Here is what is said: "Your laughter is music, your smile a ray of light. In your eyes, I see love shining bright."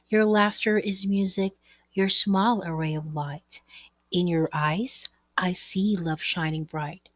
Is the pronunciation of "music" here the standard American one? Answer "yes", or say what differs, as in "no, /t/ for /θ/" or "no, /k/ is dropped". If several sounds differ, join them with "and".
yes